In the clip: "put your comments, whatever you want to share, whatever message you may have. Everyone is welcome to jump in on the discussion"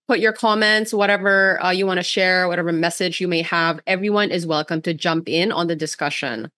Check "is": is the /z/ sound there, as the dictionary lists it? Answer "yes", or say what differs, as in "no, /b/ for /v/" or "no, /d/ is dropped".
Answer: yes